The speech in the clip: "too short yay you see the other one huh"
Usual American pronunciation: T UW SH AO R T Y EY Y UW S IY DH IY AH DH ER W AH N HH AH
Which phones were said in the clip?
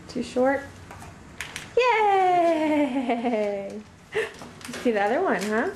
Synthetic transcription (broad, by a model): T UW SH AO R T Y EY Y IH S IY DH IY AH DH ER W AH N HH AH